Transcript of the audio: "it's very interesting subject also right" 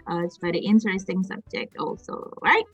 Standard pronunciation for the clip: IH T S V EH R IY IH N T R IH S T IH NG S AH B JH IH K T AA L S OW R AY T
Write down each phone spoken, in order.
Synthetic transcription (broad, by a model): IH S B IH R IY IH N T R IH S T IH NG S AH B JH IH K T AA L S OW R AY T